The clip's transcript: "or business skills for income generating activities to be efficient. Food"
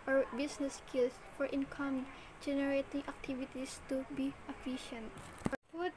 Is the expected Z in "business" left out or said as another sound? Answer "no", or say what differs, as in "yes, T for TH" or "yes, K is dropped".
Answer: yes, S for Z